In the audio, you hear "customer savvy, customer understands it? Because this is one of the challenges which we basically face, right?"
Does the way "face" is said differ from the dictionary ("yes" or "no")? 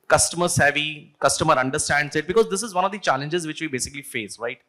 no